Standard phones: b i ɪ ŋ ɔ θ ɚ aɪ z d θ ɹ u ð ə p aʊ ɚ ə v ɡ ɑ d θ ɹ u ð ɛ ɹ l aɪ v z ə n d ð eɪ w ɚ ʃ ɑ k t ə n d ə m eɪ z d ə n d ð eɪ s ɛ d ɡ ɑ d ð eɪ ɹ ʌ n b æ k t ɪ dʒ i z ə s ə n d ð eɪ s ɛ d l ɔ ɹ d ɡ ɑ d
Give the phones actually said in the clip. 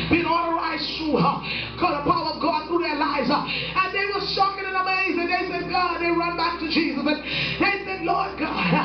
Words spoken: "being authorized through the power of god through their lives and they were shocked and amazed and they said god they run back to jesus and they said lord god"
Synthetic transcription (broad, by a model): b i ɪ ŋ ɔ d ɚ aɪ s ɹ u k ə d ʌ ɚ ə v ɡ ɑ d θ ɹ u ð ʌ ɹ l aɪ v z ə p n ð eɪ w ɚ s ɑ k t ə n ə m eɪ z ə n ð eɪ s ɛ d ɡ ɑ d ð eɪ ɹ ʌ n b æ k t ɪ dʒ i z ə s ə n ð eɪ s ɛ d l ɔ ɹ d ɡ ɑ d